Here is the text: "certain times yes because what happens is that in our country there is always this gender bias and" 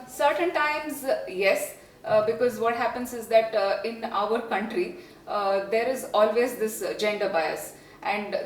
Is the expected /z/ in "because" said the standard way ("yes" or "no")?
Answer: yes